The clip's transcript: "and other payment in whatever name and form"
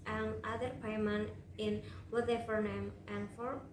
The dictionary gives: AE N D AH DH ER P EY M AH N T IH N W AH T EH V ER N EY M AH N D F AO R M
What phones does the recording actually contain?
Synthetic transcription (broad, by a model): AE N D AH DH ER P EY M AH N IH N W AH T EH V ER N EY M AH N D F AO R